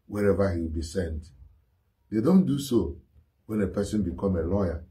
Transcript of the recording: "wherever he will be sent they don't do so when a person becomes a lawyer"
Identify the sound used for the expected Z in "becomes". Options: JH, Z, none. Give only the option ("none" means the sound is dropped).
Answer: none